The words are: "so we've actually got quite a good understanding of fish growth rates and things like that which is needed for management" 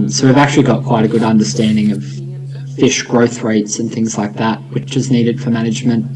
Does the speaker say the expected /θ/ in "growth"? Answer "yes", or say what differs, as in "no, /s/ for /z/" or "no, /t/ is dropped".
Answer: yes